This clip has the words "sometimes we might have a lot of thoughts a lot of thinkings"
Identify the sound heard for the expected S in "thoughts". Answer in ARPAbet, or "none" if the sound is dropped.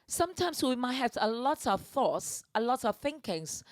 S